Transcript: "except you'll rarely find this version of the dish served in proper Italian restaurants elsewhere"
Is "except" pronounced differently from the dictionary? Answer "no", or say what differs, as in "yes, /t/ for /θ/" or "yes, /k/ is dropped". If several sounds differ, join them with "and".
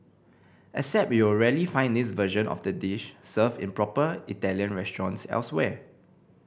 yes, /k/ is dropped